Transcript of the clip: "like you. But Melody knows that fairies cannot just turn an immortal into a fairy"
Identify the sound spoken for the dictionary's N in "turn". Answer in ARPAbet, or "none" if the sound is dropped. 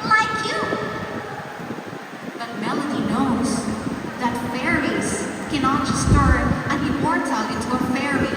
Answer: none